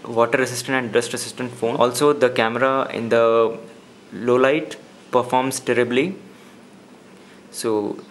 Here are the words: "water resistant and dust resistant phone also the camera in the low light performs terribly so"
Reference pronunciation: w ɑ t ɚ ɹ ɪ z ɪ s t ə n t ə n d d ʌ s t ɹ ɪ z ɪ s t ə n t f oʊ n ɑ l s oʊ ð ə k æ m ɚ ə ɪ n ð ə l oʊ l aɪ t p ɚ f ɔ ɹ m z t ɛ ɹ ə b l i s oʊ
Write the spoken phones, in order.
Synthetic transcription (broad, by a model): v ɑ t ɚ ɹ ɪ s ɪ s t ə n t ə n d d ʌ s t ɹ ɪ s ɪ s t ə n t f oʊ ɑ l s oʊ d ə k æ m ɚ ə ɪ n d ə l oʊ l aɪ t p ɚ f ɔ ɹ m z t ɛ ɹ ə b l i s oʊ